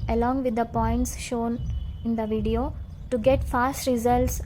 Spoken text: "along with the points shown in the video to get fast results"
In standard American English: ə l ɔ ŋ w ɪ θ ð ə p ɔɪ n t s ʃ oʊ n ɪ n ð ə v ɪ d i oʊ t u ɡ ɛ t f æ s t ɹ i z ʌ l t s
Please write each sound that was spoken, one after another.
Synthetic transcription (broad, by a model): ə l ɔ ŋ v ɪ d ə p ɔɪ n t s ʃ oʊ n ɪ n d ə v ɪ d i oʊ t u ɡ ɛ t f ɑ s t ɹ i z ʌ l t s